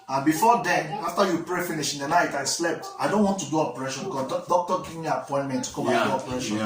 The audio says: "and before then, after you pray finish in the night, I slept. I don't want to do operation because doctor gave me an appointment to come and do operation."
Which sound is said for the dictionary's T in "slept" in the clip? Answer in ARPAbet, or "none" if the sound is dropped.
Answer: T